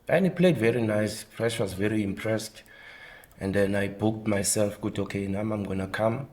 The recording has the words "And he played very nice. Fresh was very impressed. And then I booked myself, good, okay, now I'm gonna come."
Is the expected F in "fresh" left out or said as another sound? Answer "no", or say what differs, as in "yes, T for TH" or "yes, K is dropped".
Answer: yes, P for F